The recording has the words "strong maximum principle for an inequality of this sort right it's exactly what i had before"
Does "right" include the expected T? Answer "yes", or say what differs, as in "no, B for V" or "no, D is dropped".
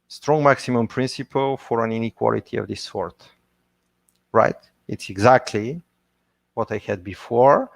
yes